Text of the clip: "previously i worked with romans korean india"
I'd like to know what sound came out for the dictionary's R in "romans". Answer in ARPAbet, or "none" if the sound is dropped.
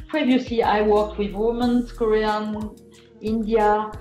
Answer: W